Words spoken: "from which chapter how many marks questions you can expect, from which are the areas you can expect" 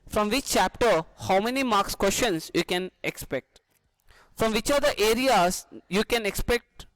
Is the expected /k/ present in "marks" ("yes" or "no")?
yes